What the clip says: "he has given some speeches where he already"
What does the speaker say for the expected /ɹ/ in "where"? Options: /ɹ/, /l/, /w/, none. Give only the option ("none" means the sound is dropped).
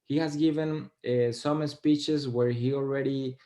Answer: /ɹ/